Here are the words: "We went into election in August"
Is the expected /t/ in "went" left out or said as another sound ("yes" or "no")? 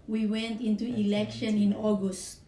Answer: no